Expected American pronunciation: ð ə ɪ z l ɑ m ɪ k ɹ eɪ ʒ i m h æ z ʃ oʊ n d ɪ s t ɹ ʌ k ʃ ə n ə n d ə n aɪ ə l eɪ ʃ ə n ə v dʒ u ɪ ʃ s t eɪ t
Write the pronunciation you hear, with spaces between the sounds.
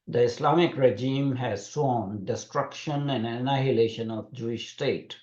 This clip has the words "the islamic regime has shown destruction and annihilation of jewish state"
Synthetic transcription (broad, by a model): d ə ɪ s l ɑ m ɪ k ɹ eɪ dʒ i m h æ z s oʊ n d ɪ s t ɹ ʌ k ʃ ə n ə n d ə n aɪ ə l eɪ ʃ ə n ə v dʒ u ɪ ʃ s t eɪ t